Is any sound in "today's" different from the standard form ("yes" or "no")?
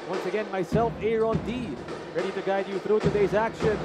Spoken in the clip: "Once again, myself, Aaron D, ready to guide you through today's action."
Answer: no